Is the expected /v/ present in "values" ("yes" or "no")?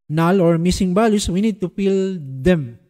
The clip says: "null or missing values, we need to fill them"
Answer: no